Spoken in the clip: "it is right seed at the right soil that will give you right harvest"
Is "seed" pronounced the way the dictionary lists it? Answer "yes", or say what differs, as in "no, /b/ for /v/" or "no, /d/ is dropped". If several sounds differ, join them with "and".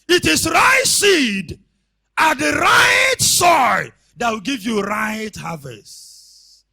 yes